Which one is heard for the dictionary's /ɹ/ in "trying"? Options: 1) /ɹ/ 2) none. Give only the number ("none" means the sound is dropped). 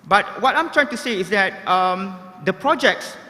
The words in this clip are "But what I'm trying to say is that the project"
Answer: 1